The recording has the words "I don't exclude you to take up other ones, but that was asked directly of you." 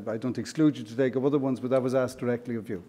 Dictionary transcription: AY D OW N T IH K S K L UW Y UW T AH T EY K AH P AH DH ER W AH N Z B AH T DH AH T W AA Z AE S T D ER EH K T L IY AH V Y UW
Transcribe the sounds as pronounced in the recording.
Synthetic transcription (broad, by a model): AY D OW N T IH K S K L UW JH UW T AH T EY K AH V AH DH ER W AH N Z B AH T DH AH T W AA Z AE S D ER EH K T L IY AH V Y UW